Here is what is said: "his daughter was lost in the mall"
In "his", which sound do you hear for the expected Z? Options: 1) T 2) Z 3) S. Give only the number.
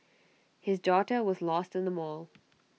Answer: 2